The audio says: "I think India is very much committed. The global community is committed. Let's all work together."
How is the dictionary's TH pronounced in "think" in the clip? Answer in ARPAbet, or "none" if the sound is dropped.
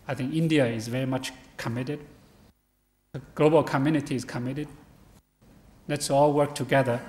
TH